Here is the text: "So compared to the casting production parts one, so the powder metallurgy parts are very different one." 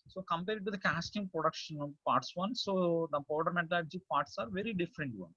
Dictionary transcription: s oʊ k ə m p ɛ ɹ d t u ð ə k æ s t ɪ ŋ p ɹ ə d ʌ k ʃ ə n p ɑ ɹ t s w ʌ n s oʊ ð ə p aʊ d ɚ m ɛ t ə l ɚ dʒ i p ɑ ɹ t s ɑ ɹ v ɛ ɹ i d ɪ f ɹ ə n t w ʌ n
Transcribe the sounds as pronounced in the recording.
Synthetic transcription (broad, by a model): s oʊ k ə m p ɛ ɹ d t u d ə k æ s t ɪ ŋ p ɹ ə d ʌ k ʃ ə n p ɑ ɹ t s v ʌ n s oʊ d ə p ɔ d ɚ m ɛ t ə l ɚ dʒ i p ɑ ɹ t s ɑ ɹ v ɛ ɹ i d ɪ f ɹ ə n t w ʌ n